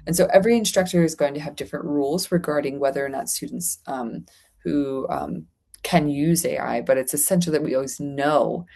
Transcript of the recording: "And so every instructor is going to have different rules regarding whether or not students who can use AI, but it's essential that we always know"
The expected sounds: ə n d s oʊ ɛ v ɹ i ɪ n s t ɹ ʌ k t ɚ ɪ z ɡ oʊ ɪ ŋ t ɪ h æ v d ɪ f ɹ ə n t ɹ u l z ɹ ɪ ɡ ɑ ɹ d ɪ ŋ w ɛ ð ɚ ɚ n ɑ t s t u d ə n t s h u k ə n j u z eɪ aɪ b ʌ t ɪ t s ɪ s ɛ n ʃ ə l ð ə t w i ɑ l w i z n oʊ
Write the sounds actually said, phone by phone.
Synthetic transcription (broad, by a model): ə n s oʊ ɛ v ɹ i ɪ n s t ɹ ʌ k t ɚ ɪ z ɡ oʊ ɪ ŋ t ɪ v d ɪ f ɹ ə n t ɹ u l z ɹ ɪ ɡ ɑ ɹ d ɪ ŋ w ɛ ð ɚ ɚ n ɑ t s t u d n t s h u k ə n j u z eɪ aɪ b ʌ t ɪ t s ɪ s ɛ n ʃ l ð ə t w i ɑ l w i z n oʊ